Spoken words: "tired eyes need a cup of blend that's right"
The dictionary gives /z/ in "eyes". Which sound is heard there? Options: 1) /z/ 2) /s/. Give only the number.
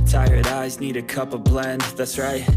1